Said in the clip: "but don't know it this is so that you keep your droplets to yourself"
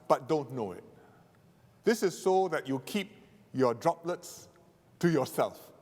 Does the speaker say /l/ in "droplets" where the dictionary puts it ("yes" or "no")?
yes